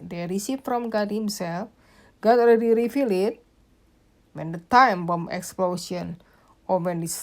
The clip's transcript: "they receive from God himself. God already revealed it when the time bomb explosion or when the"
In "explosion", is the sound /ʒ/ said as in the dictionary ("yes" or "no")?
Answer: no